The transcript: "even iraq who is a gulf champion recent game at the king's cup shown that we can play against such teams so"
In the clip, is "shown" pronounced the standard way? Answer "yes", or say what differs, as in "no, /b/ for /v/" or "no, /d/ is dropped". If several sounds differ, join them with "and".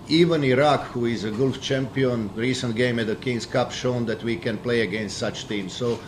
yes